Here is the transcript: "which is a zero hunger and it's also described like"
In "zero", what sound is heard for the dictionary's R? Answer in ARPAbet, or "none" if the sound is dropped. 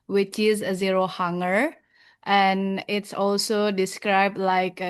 R